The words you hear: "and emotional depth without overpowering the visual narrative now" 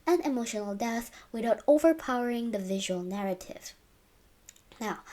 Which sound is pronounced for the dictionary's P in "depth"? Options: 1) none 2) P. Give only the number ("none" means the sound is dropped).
1